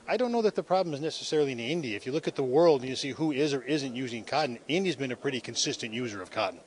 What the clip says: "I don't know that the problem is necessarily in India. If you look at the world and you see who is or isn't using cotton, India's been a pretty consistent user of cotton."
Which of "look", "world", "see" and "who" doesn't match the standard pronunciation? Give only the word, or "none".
none